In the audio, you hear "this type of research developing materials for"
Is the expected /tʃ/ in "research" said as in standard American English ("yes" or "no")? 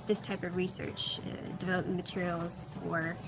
yes